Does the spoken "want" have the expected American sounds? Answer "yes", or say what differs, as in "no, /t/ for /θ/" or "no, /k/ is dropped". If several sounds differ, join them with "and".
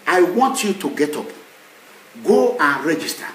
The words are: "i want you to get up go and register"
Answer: yes